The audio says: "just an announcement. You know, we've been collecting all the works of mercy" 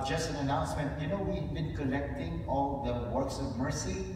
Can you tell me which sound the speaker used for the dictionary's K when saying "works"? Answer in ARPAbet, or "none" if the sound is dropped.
K